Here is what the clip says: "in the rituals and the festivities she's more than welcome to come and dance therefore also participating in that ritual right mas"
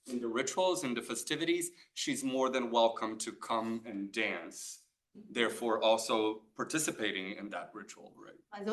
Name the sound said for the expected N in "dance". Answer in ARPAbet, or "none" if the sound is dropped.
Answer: N